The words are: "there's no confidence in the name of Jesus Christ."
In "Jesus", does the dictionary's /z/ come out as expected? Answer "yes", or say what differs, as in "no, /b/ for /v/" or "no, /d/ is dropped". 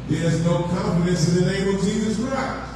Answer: yes